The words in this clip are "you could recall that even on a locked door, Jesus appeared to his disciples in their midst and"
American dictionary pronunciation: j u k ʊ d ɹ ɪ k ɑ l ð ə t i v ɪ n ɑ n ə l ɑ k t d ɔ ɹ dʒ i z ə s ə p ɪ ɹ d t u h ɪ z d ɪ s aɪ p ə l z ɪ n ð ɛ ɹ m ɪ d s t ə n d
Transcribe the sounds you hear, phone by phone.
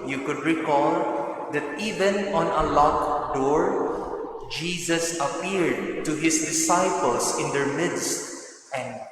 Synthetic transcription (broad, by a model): j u k ʊ d ɹ ɪ k ɑ l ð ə t i v ɪ n ɑ n ə l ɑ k d ɔ ɹ dʒ i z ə s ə p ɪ ɹ d t u h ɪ s d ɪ s aɪ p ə l s ɪ n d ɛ ɹ m ɪ d s t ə n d